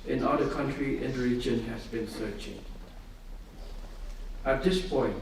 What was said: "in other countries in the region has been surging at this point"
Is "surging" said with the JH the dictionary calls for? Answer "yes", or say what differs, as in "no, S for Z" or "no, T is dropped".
no, CH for JH